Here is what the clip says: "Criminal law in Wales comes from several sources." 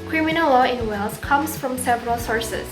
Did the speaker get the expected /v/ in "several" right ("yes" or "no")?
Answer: yes